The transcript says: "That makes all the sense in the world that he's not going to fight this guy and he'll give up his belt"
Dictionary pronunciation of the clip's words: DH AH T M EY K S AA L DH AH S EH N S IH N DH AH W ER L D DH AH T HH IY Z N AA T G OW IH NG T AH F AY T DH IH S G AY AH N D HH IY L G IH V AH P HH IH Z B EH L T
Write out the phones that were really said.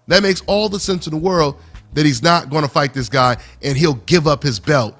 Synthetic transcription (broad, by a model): DH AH T M EY K S AA L DH AH S EH N S IH N DH AH W ER L D DH AH T HH IY Z N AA T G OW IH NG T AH F AY T DH IH S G AY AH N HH IY L G IH V AH P HH IH Z B EH L T